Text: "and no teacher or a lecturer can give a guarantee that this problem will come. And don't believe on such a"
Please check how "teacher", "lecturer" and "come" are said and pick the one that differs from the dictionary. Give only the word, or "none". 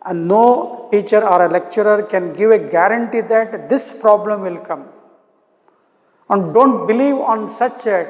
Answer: none